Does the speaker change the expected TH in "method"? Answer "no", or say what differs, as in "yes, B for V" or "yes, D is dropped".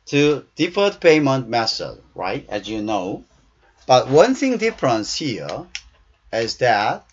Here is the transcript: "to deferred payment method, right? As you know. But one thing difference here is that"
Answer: yes, S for TH